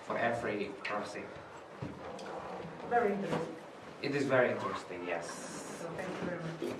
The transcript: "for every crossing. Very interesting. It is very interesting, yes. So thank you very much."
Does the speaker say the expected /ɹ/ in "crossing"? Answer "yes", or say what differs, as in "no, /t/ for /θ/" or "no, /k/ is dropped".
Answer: no, /ɹ/ is dropped